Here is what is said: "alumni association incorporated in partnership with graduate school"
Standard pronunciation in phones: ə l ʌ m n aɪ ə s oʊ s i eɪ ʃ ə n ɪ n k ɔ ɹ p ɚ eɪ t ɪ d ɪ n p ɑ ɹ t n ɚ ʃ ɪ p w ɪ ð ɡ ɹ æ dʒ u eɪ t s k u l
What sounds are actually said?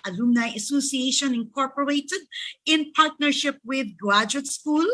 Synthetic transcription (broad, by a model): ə l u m n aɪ ə s oʊ s i eɪ ʃ ə n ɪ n k ɔ ɹ p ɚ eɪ t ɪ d ɪ n p ɑ ɹ t n ɚ ʃ ɪ p w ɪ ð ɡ ɑ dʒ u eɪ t s k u l